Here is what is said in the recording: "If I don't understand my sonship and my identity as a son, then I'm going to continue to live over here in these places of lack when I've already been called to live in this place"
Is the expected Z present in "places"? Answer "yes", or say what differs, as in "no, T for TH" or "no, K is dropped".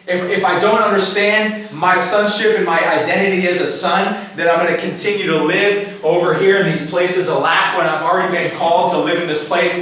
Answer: yes